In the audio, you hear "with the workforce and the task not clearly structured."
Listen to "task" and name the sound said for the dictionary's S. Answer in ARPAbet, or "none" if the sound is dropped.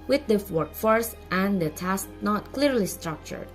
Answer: S